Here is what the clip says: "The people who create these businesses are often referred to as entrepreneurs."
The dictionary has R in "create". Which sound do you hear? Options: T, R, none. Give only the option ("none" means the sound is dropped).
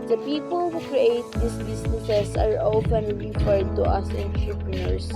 R